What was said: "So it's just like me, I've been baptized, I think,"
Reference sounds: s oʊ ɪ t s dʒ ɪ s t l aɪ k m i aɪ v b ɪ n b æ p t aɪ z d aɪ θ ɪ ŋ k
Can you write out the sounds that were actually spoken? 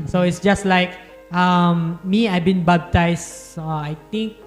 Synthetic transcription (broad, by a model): s oʊ ɪ t s dʒ ɪ s t l aɪ k m i aɪ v b ɪ n b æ b t aɪ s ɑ aɪ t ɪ ŋ k